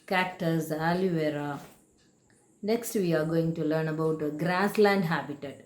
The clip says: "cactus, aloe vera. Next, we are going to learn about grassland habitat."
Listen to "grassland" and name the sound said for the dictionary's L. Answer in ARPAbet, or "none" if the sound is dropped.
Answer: L